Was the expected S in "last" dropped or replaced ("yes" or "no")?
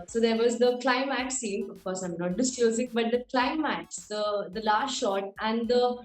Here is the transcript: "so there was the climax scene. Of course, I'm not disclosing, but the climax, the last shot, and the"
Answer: yes